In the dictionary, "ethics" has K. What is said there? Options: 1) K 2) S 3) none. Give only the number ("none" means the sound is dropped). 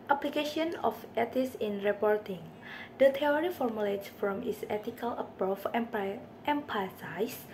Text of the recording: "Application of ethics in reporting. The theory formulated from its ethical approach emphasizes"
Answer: 3